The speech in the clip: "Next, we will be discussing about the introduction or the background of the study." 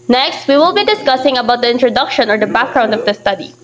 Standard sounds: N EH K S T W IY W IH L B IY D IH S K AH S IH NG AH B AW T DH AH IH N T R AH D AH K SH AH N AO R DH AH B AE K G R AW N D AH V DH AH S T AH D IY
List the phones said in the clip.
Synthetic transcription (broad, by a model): N EH K S T W IY W IH L B IY D IH S K AH S IH NG AH B AW T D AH IH N T R AH D AH K SH AH N AO R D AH B AE K G R AW N D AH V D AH S T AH D IY